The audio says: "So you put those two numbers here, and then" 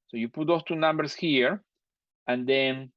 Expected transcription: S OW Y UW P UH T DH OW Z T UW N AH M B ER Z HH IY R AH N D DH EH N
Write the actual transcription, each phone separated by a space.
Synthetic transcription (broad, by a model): S OW Y UW P UH T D OW S T UW N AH M B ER S HH IY R AH N D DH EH N